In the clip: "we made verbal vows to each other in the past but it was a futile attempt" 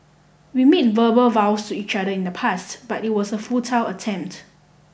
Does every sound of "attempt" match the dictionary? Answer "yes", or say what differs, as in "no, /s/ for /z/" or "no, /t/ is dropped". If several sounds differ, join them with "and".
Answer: yes